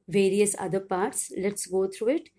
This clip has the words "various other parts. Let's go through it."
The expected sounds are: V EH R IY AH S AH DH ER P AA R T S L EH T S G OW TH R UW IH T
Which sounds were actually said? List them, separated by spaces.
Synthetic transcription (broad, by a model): V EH R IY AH S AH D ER P AA R T S L EH T S G OW T R UW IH T